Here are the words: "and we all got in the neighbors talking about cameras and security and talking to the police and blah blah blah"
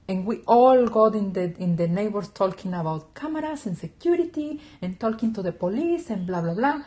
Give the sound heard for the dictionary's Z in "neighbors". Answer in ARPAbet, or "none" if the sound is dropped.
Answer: S